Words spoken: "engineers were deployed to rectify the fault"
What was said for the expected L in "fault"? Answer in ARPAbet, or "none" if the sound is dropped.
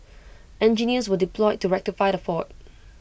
none